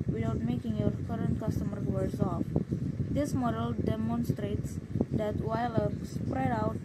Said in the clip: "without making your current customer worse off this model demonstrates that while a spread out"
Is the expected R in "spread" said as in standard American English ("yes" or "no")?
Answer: yes